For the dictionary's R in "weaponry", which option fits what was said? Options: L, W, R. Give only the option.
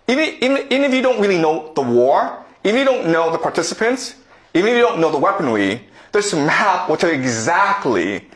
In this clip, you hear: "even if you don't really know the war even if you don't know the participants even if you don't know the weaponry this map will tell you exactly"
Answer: W